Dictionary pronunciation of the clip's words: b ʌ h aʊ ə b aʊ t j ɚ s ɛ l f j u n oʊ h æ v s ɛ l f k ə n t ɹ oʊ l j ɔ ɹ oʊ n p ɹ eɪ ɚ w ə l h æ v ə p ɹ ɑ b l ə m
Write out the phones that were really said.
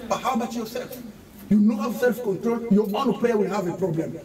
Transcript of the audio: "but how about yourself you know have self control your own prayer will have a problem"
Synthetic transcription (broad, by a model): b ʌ h aʊ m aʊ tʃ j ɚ s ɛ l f j u n oʊ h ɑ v s ɛ l f k ə n t ɹ oʊ l j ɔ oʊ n p l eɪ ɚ w ə l h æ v ə p ɹ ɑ b l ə m